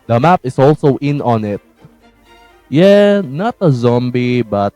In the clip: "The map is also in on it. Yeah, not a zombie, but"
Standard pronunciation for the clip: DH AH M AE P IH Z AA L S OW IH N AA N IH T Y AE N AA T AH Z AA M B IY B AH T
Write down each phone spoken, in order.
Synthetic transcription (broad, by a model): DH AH M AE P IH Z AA L S OW IH N AA N IH T Y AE N AA T AH Z AA M B IY B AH T